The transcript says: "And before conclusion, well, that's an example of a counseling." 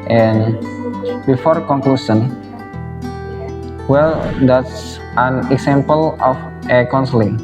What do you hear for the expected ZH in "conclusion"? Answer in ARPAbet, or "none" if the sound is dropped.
S